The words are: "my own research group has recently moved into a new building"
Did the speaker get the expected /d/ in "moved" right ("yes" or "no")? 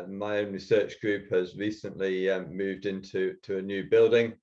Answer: yes